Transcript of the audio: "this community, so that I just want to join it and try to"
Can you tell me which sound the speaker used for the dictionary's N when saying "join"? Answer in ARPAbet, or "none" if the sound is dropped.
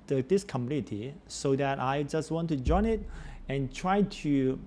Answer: N